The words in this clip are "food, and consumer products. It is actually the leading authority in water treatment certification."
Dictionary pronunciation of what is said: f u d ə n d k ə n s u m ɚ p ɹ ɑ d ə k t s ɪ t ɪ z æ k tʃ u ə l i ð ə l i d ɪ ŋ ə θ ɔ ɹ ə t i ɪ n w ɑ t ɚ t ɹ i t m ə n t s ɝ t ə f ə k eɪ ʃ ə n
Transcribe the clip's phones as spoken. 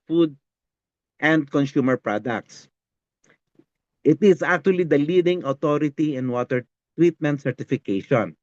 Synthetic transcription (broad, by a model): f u d ə n d k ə n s u m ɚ p ɹ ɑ d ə k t s ɪ t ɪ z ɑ k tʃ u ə l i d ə l i d ɪ ŋ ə t ɔ ɹ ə t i ɪ n w ɑ t ɚ t w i t m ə n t s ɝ t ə f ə k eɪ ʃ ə n